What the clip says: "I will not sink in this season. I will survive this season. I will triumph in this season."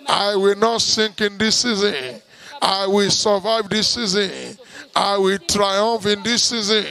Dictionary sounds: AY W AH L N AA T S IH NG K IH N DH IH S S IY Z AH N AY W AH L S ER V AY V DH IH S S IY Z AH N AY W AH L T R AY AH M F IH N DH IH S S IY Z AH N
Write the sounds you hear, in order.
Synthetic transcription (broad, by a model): AY W AH L N AA T S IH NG K IH N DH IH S S IY Z AH N AY W AH L S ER V AY V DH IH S S IY Z AH N AY W AH L T R AY AH M F IH N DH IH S S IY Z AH N